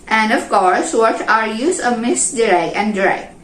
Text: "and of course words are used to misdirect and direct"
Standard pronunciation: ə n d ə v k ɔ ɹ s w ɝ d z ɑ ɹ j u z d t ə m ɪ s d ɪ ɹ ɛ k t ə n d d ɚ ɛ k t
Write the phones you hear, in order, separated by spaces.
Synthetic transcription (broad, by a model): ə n d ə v k ɔ ɹ s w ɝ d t ɑ ɹ j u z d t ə m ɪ s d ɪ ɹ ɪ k ə n d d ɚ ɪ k